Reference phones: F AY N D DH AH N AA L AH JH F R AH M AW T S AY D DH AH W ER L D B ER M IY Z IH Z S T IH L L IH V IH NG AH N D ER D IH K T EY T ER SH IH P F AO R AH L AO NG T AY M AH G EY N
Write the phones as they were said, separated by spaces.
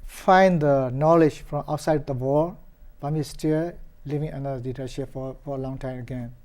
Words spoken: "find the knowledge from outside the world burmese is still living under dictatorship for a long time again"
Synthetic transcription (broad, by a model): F AY N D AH N AA L AH JH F R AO M AW T S AY D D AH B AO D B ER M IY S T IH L L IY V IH NG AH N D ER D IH T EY S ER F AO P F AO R AH L AO NG T AY M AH G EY N